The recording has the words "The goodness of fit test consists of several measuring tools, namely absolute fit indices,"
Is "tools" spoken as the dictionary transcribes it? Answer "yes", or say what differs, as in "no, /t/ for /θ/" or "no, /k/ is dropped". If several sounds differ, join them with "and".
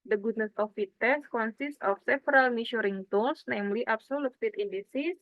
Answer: no, /s/ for /z/